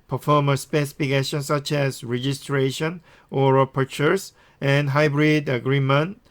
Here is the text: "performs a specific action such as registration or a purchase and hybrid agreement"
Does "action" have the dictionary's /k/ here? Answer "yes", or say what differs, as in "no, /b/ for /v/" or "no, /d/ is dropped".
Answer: no, /k/ is dropped